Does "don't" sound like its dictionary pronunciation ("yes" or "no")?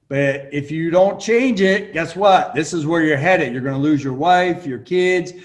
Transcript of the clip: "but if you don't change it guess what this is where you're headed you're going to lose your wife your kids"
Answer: yes